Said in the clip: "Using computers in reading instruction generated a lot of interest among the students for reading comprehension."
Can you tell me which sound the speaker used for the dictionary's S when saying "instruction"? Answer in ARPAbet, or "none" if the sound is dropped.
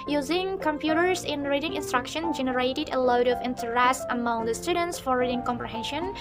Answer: S